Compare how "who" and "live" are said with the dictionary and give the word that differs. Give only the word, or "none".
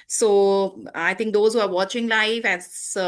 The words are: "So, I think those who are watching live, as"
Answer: live